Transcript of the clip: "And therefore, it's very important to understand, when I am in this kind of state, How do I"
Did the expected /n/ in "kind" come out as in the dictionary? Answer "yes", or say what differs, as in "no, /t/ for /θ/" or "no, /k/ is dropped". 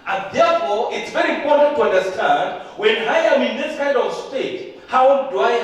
no, /n/ is dropped